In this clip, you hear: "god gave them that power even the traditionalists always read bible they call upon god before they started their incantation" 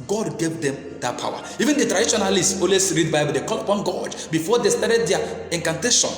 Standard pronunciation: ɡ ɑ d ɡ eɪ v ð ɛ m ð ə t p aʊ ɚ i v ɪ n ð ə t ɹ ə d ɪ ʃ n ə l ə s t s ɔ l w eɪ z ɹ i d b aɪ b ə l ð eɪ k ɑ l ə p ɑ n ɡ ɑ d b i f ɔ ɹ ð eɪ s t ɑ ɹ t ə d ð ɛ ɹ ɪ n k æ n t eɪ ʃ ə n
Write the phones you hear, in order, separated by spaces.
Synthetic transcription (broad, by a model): ɡ ɑ d ɡ eɪ v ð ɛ m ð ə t p aʊ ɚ i v ɪ n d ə t ɹ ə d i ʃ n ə l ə s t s ɔ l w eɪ s ɹ i d b aɪ b ə l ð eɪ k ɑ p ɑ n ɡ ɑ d b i f ɔ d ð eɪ s t ɑ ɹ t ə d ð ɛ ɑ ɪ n k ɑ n t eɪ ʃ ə n